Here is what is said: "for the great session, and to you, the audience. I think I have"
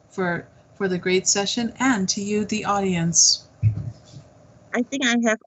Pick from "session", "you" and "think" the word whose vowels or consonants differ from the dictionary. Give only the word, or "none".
none